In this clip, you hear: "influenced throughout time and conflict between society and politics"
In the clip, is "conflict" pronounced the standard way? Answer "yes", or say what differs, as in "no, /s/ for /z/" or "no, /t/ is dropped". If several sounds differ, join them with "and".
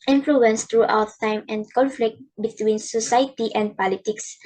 yes